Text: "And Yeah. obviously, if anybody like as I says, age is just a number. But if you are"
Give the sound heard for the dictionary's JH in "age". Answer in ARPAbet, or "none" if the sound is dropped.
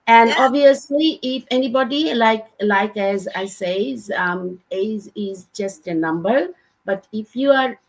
Z